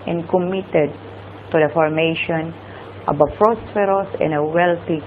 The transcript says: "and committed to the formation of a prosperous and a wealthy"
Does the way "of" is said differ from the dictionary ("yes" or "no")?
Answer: yes